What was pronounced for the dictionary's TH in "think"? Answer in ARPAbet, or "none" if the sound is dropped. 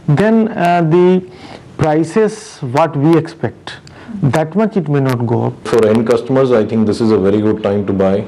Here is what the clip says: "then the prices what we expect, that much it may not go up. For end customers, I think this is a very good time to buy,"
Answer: T